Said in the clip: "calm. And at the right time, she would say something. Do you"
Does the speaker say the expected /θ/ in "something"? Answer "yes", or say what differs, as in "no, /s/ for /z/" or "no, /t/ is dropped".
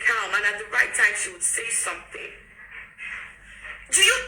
yes